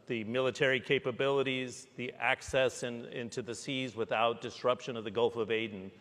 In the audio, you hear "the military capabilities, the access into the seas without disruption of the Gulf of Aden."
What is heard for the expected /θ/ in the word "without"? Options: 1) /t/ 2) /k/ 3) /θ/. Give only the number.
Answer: 3